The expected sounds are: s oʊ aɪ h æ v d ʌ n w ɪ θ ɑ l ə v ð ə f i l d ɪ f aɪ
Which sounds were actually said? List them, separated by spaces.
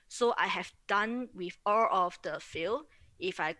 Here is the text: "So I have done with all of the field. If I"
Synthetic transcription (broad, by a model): s oʊ aɪ h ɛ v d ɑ n w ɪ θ ɑ l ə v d ə f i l ɪ f aɪ